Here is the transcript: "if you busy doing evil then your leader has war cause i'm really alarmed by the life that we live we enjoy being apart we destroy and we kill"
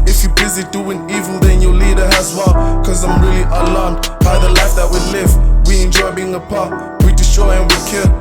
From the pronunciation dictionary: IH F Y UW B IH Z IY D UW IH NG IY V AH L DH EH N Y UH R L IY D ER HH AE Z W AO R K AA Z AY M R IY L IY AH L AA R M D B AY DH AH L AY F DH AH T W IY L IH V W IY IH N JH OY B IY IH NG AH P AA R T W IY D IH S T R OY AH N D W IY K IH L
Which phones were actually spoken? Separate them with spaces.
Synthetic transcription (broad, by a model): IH F Y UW B IH Z IY D UW IH NG IY V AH N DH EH N Y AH L IY D ER HH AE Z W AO L K AA Z AY M R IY L IY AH L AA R M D B AY DH AH L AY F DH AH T W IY L IH V W IY IH N JH OY B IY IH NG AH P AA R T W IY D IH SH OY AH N W IY K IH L